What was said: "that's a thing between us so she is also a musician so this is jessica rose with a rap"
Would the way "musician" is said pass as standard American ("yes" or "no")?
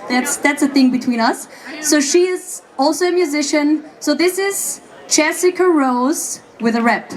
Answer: yes